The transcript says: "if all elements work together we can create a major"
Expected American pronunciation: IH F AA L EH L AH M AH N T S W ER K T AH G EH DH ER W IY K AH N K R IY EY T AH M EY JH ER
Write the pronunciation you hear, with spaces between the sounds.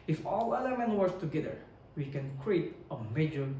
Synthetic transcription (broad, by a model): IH F AA L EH L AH M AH N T W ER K T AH G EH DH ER W IY K AH N K R IY EY T AH M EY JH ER